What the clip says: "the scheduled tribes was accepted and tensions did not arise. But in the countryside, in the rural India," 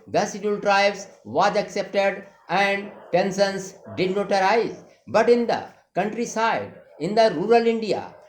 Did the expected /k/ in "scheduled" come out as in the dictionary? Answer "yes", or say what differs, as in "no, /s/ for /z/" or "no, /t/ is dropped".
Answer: no, /k/ is dropped